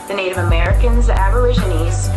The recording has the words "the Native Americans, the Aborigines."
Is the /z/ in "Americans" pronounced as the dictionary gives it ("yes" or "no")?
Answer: yes